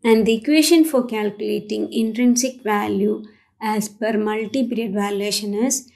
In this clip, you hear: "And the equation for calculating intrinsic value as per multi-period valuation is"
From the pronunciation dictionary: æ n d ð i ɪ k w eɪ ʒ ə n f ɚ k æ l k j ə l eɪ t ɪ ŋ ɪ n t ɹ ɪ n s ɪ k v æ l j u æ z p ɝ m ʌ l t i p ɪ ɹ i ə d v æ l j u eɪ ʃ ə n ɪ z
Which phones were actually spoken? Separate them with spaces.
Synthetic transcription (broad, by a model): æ n d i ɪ k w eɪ ʃ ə n f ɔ k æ l k j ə l eɪ t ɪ ŋ ɪ n t ɹ ɪ n s ɪ k v æ l j u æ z p ɝ m ʌ l t i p ɹ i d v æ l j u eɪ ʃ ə n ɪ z